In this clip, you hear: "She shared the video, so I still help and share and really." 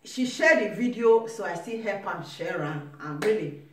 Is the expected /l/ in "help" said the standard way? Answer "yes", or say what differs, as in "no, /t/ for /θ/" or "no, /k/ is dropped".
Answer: no, /l/ is dropped